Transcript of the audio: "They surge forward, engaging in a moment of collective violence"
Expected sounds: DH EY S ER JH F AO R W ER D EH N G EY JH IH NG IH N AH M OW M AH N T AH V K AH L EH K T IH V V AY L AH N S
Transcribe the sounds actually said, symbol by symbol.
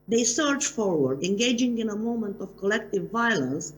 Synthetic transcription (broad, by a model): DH EY S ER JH F AO R W ER D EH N G EY JH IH NG IH N AH M OW M AH N T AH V K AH L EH K T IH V V AY L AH N S